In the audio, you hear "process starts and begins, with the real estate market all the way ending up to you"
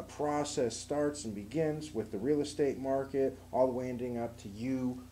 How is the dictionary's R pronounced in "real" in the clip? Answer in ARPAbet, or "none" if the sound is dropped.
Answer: R